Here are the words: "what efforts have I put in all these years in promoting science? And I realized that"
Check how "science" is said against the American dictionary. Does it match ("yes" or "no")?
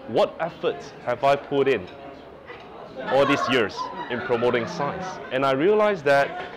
no